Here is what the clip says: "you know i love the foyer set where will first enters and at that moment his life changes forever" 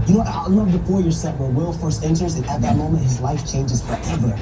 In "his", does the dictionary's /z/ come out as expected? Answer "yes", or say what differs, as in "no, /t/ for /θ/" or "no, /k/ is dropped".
yes